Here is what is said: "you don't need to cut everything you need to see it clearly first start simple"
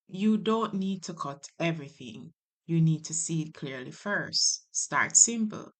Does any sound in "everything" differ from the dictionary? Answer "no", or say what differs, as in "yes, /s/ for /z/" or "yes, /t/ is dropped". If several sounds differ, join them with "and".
no